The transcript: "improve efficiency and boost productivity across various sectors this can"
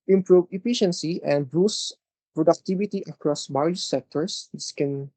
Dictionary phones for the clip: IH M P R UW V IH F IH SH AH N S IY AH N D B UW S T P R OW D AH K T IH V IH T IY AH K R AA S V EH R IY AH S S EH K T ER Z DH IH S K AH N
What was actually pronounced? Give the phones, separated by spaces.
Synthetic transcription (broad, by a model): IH M P R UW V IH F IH SH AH N S IY AH N D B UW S P R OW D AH K T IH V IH T IY AH K R AA S B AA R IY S S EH K T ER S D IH S K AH N